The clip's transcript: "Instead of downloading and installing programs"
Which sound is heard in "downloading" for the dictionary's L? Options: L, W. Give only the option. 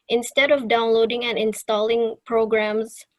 L